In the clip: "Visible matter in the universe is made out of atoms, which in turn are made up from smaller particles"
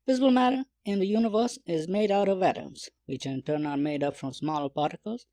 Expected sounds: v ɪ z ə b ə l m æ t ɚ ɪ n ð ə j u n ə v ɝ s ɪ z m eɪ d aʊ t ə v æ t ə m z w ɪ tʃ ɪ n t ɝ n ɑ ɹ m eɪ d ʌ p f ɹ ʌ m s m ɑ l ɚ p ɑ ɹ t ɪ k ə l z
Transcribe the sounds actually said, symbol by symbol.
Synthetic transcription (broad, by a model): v ɪ z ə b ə l m æ t ɚ ɪ n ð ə j u n ə v ɝ s ɪ z m eɪ d aʊ t ə v æ t ə m z w ɪ tʃ ɪ n t ɝ n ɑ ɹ m eɪ d ʌ p f ɹ ʌ m s m ɑ l ɚ p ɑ ɹ t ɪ k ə l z